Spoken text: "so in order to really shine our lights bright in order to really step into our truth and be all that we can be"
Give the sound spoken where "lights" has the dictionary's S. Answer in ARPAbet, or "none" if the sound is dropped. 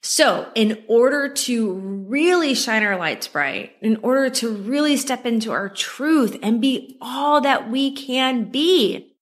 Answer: S